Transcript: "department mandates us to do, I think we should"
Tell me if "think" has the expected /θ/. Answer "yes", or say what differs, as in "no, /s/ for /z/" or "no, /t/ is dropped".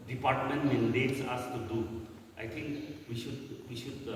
no, /t/ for /θ/